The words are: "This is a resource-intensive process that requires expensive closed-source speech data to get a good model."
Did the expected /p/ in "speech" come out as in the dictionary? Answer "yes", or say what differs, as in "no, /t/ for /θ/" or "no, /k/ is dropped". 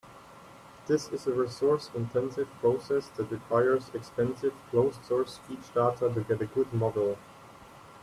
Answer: no, /p/ is dropped